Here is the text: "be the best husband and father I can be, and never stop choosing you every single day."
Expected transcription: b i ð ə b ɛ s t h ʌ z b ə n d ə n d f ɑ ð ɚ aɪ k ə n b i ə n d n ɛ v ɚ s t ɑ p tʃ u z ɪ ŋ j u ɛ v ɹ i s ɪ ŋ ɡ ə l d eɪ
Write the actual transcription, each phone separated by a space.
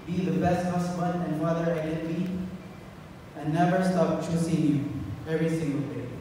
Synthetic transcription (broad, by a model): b i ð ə b ɛ s t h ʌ s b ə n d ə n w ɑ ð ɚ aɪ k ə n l i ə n n ɛ v ɚ s t ɑ p tʃ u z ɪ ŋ j u ɛ v ɹ i s ɪ ŋ ɡ ə l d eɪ